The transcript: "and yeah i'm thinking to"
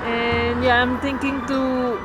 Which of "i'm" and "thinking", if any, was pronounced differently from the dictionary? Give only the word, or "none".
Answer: thinking